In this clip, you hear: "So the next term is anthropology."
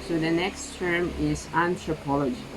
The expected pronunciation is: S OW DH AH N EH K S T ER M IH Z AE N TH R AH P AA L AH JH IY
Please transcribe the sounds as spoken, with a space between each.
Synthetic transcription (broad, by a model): S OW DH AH N EH K S T ER M IH Z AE N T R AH P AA L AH JH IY